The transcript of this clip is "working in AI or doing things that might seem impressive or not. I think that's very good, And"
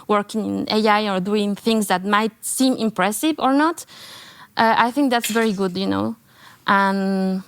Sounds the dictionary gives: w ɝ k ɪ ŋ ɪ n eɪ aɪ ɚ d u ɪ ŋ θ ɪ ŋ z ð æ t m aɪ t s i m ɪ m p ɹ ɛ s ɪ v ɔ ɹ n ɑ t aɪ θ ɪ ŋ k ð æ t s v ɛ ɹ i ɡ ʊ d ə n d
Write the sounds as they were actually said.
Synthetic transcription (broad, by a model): w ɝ k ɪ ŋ ɪ n eɪ aɪ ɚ d u ɪ ŋ θ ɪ ŋ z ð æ t m aɪ t s i m ɪ m p ɹ ɛ s ɪ v ɔ ɹ n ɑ t aɪ θ ɪ ŋ k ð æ t s v ɛ ɹ i ɡ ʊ d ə n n